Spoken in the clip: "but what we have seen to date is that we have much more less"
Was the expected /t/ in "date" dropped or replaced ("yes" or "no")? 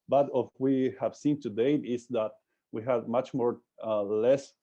yes